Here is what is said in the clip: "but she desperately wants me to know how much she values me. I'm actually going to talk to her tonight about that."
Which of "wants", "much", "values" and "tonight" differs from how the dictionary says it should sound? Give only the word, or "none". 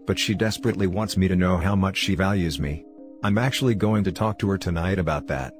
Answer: none